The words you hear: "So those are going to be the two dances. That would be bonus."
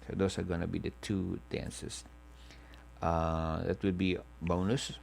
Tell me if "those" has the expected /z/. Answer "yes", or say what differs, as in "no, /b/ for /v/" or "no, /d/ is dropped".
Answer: no, /s/ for /z/